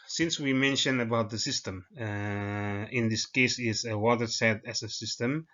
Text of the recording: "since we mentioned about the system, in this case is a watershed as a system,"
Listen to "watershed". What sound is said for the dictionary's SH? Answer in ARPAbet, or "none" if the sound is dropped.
S